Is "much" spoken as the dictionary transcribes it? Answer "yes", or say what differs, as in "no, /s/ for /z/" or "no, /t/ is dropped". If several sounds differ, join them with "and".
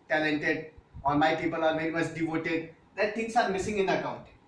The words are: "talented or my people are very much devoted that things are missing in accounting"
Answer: no, /s/ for /tʃ/